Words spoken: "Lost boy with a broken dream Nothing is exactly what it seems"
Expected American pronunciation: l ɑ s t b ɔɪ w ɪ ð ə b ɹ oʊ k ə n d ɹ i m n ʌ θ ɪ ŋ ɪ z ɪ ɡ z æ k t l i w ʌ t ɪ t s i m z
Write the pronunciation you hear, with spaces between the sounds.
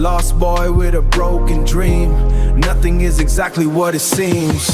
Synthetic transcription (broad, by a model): l ɑ s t b ɔɪ w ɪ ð ə b ɹ oʊ k ə n d ɹ i m n ʌ θ ɪ ŋ ɪ z ɪ ɡ z æ k t l i w ʌ t ɪ t s i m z